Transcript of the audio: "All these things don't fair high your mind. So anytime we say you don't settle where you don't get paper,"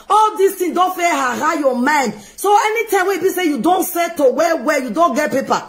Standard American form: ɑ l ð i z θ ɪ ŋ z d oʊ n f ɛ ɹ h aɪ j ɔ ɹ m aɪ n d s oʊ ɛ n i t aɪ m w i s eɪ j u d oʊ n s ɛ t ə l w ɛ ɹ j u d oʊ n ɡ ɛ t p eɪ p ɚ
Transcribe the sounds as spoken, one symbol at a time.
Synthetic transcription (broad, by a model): ɑ l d i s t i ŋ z d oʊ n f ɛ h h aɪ j ɔ m aɪ n d s oʊ ɛ n i t aɪ m w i s eɪ j u d oʊ n s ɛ t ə w w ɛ j u d oʊ n ɡ ɛ t p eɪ p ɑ